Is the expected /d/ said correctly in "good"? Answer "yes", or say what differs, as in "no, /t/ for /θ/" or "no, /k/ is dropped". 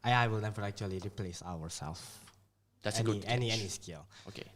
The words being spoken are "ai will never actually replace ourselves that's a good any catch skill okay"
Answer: no, /d/ is dropped